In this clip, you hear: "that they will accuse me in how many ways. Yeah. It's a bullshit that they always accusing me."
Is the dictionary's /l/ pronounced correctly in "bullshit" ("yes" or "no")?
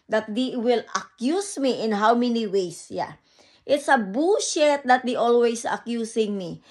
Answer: no